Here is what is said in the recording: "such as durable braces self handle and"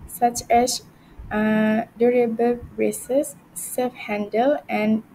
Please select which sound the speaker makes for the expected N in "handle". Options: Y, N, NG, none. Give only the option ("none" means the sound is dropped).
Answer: N